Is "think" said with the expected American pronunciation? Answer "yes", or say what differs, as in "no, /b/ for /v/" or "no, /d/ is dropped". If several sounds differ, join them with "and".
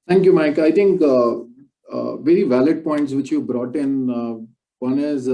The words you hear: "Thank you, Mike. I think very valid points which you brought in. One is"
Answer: no, /t/ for /θ/